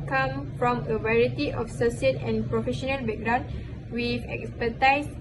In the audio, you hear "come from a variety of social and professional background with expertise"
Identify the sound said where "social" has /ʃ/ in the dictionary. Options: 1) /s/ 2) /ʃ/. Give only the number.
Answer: 1